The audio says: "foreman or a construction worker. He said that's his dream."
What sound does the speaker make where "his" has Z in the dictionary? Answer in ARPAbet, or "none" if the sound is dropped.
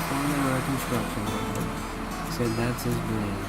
Z